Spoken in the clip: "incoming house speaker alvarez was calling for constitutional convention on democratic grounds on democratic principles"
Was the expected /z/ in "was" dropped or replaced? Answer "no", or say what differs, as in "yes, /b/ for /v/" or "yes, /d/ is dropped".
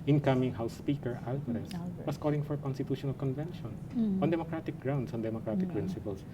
yes, /s/ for /z/